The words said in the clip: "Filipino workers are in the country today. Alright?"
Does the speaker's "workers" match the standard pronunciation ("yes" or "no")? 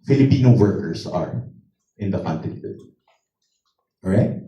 no